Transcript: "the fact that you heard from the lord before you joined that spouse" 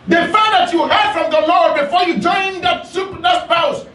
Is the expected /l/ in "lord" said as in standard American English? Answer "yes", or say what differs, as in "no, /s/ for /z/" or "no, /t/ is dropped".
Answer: yes